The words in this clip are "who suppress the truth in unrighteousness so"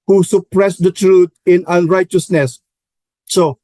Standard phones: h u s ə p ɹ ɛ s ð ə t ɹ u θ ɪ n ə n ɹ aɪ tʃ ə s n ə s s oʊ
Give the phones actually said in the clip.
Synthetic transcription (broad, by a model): h u s ə p ɹ ɛ s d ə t ɹ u t ɪ n ə n ɹ aɪ tʃ ə s n ə s s oʊ